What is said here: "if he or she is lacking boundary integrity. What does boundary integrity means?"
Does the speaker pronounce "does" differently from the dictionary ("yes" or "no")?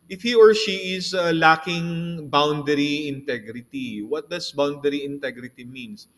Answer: yes